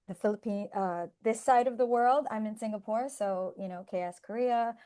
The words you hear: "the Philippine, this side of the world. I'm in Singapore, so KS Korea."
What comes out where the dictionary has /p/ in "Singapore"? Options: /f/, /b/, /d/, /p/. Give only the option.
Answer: /p/